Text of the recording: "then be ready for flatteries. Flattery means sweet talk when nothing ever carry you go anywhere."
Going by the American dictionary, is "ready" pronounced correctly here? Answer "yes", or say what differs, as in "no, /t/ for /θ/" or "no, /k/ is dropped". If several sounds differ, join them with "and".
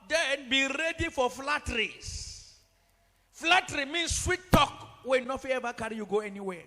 yes